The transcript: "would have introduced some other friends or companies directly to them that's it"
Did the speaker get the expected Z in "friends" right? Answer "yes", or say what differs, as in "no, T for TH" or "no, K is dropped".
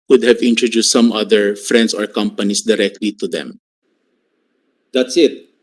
no, S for Z